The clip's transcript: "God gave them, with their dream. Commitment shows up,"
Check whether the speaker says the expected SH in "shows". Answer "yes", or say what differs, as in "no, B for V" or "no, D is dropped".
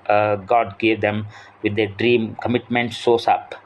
no, S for SH